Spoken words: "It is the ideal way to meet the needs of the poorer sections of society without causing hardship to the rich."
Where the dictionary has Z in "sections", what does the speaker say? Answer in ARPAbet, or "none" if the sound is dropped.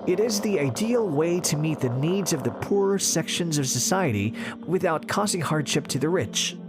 Z